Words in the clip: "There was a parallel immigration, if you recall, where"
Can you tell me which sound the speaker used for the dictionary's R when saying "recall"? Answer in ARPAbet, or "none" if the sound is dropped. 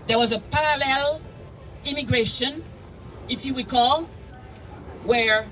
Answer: W